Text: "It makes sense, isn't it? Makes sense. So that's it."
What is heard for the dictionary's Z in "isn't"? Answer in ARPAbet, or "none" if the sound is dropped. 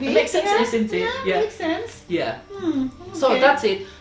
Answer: S